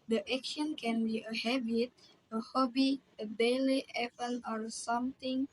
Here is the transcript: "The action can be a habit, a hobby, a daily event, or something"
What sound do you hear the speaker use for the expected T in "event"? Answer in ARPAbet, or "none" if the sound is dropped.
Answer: none